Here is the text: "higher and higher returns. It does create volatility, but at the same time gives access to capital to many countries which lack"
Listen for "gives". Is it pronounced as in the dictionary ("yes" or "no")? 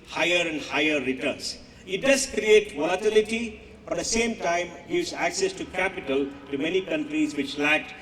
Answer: no